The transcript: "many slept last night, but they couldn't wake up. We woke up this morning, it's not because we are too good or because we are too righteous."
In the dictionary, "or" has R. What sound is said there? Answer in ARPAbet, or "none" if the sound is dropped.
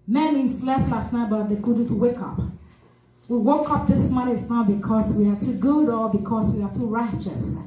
L